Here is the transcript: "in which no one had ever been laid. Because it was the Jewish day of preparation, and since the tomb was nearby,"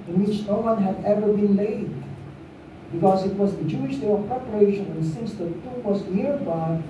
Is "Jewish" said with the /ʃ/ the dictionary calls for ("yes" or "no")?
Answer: yes